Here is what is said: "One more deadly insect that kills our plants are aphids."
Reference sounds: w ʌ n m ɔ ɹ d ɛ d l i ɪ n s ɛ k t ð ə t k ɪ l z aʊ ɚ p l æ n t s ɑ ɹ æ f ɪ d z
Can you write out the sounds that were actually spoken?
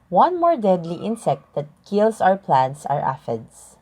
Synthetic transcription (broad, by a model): w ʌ n m ɔ ɹ d ɛ d l i ɪ n s ɛ k t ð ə t k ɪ l s aʊ ɚ p l æ n t s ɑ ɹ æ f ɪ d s